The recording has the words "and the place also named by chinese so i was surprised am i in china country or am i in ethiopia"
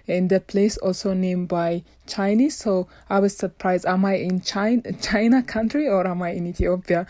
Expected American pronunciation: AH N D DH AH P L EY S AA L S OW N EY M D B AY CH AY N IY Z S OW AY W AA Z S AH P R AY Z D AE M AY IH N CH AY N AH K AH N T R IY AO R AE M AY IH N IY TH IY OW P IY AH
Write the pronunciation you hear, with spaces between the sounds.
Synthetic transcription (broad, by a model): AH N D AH P L EY S AA L S OW N EY M B AY CH AY N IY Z S OW AY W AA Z S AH P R AY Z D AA M AY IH N CH AY N AH K AH N T R IY AO R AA M AY IH N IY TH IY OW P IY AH